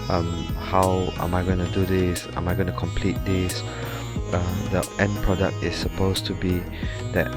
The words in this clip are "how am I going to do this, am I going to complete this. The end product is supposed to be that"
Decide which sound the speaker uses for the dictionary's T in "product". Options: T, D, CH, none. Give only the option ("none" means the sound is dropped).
T